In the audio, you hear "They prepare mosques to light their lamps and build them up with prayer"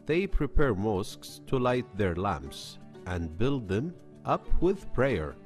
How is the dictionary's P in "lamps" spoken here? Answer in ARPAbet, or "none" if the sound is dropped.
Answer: P